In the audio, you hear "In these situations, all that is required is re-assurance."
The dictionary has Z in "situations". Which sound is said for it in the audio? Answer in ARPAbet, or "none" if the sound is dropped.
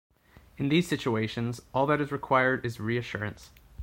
Z